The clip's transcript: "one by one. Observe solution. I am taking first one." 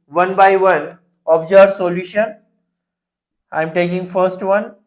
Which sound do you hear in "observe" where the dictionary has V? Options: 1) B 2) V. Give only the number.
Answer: 1